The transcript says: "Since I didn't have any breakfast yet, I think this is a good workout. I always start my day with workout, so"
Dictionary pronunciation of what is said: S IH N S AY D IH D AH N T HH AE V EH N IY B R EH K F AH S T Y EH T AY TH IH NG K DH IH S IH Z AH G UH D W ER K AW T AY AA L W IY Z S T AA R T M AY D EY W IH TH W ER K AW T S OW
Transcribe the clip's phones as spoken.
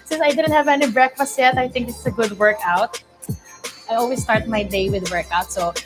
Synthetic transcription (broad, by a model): S IH N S AY D IH D AH N T HH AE V EH N IY B R EH K F AH S T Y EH T AY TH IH NG K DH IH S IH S AH G UH D W ER K AW T AY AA L W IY S T AA R T M AY D EY W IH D W ER K AW T S OW